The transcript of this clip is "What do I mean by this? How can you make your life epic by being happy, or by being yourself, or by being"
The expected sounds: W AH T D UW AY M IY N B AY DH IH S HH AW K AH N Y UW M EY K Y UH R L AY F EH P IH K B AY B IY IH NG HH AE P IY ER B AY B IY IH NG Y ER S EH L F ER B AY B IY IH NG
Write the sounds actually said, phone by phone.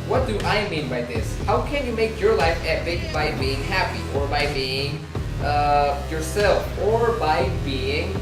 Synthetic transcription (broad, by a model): W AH T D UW AY M IY N B AY DH IH S HH AW K AH N Y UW M EY K Y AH R L AY F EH B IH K B AY B IY IH NG HH AE P IY ER B AY B IY IH NG Y ER S EH L F ER B AY B IY IH NG